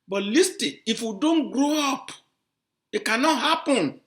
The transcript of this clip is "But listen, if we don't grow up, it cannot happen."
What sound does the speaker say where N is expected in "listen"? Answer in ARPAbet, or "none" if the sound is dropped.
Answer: none